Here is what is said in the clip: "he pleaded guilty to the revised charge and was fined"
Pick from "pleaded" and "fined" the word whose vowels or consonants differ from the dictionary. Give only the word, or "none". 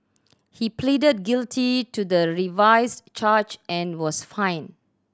fined